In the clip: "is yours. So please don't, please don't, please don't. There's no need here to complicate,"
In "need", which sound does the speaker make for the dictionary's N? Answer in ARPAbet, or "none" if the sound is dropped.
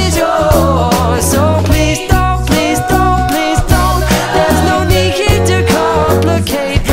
N